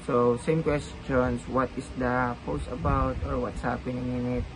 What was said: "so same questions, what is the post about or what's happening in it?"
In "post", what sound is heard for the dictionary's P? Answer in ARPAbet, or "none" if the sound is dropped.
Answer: P